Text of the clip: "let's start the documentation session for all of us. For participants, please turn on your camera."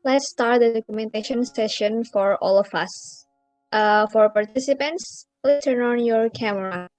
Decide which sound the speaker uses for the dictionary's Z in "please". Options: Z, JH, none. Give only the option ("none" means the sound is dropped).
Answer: none